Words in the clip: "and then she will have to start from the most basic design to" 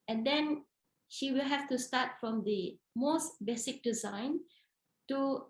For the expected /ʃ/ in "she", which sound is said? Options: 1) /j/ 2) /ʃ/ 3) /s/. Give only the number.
2